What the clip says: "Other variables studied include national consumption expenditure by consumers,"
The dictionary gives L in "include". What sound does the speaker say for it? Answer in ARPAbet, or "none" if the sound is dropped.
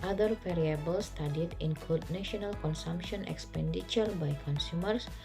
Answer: L